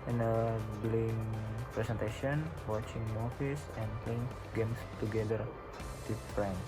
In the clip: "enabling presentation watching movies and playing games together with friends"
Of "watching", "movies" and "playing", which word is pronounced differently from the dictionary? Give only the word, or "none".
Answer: movies